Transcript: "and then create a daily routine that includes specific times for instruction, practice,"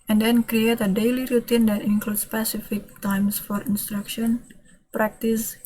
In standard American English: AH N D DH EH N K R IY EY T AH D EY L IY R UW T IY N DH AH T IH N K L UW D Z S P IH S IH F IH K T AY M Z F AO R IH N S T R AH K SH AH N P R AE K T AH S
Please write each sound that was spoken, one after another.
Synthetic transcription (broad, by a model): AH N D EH N K R IY EY T AH D EY L IY R UW T IY N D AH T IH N K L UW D S P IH S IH F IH K T AY M S F AO R IH N S T R AH K SH AH N P R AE K T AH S